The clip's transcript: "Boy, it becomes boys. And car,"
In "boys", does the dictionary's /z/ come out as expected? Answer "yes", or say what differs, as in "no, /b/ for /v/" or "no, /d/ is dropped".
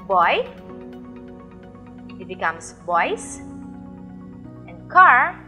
no, /s/ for /z/